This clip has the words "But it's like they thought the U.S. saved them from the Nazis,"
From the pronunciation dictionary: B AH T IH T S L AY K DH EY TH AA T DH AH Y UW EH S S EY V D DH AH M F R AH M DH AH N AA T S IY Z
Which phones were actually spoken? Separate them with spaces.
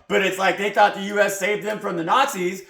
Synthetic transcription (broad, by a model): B AH T IH T S L AY K DH EY TH AA T DH AH Y UW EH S S EY V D DH AH M F R AH M DH AH N AA T S IY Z